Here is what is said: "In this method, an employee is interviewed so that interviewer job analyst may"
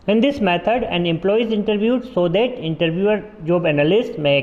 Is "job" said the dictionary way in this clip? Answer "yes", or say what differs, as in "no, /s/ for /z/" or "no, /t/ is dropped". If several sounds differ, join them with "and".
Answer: yes